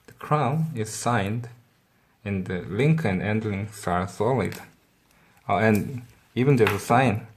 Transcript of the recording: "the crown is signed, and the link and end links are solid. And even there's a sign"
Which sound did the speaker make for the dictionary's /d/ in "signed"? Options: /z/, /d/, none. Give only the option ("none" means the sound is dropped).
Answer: /d/